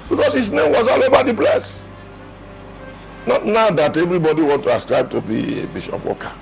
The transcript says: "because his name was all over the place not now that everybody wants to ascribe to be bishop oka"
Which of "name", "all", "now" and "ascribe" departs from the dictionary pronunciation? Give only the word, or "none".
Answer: none